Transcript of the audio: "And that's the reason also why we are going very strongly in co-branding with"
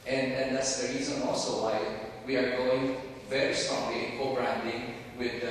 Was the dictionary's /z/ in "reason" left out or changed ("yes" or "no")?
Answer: no